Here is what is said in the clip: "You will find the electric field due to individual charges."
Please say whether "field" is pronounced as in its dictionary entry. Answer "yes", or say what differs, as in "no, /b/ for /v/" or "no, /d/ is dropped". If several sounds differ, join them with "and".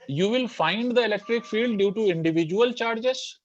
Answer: yes